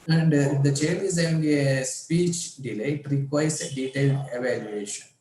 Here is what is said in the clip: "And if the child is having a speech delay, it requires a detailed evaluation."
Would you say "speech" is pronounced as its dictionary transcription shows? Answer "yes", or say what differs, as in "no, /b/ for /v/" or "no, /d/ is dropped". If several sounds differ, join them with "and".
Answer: yes